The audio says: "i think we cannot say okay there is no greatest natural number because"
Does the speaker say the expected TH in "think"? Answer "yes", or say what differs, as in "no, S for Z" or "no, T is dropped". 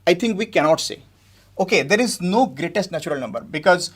no, T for TH